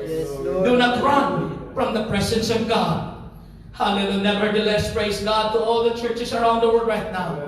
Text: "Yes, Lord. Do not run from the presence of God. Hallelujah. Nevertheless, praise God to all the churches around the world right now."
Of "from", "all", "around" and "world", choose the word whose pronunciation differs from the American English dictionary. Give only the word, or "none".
world